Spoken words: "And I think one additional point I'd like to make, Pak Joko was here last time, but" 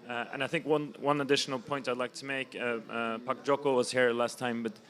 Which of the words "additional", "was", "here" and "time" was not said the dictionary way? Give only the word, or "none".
none